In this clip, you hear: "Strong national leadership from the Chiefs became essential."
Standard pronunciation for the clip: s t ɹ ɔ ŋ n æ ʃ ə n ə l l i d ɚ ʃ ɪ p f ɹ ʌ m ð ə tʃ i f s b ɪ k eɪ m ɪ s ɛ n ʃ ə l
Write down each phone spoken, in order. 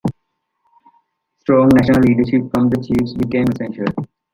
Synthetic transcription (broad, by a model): s t ɹ ɔ ŋ n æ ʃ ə n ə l l i d ɚ ʃ ɪ p f ɹ ʌ m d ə tʃ i f s b ɪ k eɪ m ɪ s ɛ n ʃ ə l